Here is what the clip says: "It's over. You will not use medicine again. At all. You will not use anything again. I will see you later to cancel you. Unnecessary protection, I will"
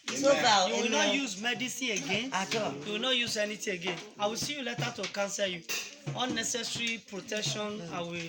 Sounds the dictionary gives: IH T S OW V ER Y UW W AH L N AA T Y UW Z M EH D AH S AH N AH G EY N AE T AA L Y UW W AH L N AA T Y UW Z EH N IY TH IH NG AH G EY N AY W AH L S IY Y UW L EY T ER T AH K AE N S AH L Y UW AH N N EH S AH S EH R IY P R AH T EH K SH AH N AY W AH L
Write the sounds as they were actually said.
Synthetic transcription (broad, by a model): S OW B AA Y UW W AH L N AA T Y UW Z M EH D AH S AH AH G EY N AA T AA Y UW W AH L N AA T Y UW Z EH N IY T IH AH G EY N AY W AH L S IY Y UW L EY T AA T AH K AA N S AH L Y UW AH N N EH S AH S R IY P R AH T EH K SH AH N AY W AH